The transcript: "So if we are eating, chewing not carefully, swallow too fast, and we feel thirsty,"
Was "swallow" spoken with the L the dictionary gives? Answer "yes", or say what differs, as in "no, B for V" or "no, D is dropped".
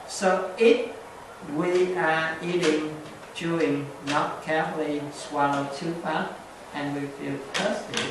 no, N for L